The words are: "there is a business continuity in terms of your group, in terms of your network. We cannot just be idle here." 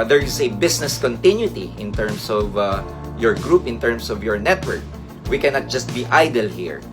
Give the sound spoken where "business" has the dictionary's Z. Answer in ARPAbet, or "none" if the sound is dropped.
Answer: S